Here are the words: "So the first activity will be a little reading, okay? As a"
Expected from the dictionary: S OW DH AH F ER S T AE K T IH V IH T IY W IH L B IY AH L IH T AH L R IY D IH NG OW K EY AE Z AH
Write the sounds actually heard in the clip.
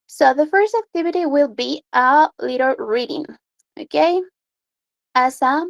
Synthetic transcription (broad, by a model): S OW DH AH F ER S T AE K T IH V IH T IY W IH L B IY AH L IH T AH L R IY D IH NG OW K EY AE S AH